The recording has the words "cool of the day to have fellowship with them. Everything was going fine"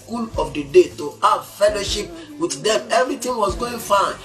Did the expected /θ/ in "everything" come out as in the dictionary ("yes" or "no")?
no